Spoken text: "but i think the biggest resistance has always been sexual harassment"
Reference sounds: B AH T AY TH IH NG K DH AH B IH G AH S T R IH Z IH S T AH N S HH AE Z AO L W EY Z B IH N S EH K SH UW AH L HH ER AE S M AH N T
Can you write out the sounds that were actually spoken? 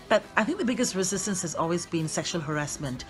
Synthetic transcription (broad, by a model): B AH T AY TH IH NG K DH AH B IH G AH S T R IH Z IH S T AH N S HH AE Z AO L W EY Z B IH N S EH K SH UW AH L HH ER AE S M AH N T